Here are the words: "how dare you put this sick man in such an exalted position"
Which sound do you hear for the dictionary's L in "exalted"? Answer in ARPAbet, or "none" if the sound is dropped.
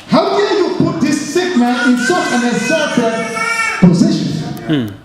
none